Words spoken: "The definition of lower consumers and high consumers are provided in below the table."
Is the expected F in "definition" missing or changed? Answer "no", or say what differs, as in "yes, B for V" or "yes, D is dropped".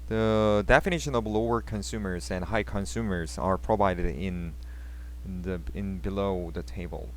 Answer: no